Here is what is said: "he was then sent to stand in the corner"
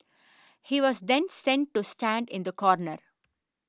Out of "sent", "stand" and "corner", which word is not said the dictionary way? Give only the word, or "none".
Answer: none